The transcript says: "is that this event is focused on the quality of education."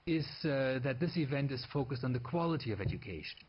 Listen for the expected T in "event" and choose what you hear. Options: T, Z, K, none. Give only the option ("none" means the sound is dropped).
T